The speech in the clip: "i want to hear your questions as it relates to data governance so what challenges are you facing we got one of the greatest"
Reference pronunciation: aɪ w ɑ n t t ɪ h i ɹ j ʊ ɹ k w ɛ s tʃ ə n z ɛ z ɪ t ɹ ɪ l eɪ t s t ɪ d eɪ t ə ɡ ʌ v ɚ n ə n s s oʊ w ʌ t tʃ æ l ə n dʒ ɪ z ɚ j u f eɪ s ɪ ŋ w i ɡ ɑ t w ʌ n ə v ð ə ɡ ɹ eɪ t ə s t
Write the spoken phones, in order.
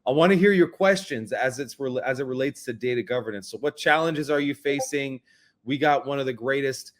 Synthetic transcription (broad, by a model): aɪ w ɑ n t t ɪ h i ɹ j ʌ ɹ k w ɛ s tʃ ə n z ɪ z ɪ t ɹ ɪ l eɪ t s t ɪ d eɪ t ə ɡ ʌ v ɚ n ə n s s oʊ w ʌ t tʃ æ l ə n dʒ ɪ z ɚ j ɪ f eɪ s ɪ ŋ w i ɡ ɑ t w ʌ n ə v ð ə ɡ ɹ eɪ t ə s t